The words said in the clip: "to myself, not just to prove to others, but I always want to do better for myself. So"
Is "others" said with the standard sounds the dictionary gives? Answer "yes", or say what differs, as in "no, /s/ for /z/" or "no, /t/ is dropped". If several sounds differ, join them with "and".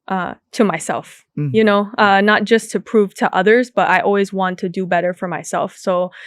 yes